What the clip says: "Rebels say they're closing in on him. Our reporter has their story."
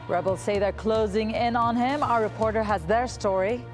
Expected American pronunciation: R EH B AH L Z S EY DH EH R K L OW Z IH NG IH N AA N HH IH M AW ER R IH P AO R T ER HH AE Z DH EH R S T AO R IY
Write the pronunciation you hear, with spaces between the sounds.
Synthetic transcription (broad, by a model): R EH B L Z S EY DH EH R K L OW Z IH NG IH N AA N HH IH M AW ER R IH P AO R T ER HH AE Z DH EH R S T AO R IY